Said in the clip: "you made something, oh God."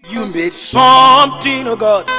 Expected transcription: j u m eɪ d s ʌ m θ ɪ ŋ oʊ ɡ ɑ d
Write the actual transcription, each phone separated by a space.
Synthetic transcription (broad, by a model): j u m eɪ d s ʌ m t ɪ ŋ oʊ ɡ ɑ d